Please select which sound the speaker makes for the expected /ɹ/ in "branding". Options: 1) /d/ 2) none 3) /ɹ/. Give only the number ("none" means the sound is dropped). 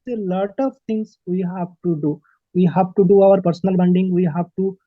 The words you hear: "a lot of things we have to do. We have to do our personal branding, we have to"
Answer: 2